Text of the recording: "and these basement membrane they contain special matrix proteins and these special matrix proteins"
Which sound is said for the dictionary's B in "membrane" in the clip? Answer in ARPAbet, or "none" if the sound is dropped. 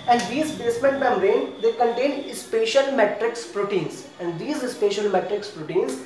none